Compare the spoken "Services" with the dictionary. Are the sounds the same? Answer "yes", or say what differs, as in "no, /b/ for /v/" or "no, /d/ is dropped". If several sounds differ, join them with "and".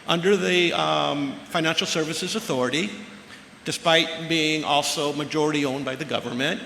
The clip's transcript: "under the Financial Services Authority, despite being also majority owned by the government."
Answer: yes